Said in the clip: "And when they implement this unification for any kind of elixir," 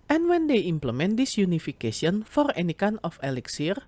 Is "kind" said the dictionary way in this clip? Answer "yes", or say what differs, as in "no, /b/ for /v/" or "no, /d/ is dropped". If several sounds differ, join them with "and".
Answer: no, /d/ is dropped